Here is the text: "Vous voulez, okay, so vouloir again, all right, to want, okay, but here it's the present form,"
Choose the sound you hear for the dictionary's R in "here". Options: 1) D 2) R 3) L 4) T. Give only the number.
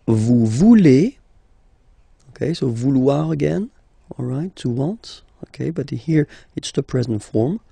2